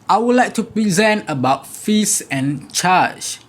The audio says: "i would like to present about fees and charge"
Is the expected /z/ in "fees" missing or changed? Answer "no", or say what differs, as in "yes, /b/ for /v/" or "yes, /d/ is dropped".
yes, /s/ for /z/